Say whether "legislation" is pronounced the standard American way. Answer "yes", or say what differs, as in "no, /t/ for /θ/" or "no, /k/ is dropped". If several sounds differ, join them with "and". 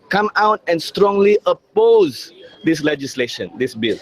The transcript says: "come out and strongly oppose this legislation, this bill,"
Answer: yes